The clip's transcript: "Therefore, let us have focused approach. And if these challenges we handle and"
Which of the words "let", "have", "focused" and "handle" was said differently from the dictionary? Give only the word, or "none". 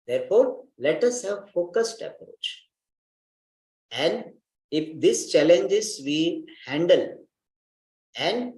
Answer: none